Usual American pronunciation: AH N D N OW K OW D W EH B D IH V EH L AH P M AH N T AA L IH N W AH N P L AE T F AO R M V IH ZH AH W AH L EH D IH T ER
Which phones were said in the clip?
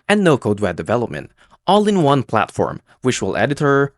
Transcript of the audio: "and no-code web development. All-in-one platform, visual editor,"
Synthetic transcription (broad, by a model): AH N N OW K OW D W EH D IH V EH L AH P M AH N T AA L IH N W AH N P L AE T F AO R M W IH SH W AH L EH D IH T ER